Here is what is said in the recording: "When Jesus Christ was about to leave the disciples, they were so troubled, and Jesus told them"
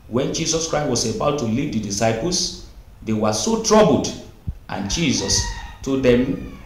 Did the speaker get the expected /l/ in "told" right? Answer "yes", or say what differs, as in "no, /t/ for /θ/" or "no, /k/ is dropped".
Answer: no, /l/ is dropped